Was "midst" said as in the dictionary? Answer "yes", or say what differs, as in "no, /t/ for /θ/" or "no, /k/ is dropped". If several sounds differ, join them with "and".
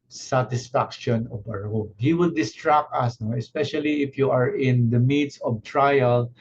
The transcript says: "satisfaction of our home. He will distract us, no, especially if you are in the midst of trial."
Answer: no, /t/ is dropped